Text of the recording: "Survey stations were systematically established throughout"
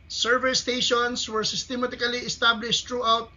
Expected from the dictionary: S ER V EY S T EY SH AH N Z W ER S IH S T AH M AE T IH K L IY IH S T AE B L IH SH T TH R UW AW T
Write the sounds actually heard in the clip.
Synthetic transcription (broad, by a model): S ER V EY S T EY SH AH N S W ER S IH S T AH M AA T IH K L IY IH S T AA B L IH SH T R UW AW T